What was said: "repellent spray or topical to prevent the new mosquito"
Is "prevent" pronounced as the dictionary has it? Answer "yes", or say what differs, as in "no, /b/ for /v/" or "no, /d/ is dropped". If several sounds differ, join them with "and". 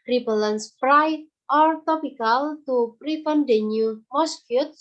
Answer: no, /f/ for /v/